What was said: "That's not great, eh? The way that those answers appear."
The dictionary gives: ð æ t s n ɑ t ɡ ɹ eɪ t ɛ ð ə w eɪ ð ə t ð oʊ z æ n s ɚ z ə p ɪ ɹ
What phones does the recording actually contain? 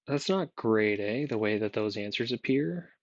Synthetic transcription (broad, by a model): ð æ t s n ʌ t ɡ ɹ eɪ t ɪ ð ə w eɪ ð ə t ð oʊ z æ n s ɚ z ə p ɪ ɹ